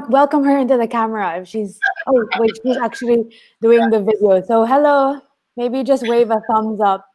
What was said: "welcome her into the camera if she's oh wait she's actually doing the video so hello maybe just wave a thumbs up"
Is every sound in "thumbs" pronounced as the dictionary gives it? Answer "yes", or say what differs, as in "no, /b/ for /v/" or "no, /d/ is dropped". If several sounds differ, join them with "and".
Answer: yes